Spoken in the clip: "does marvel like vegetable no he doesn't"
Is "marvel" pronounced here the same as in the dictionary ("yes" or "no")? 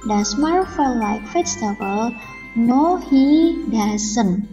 no